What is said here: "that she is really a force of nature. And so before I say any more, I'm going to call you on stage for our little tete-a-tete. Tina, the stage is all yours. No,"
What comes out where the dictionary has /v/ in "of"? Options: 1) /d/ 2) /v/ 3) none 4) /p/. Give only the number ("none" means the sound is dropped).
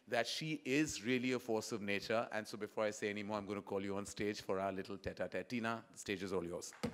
2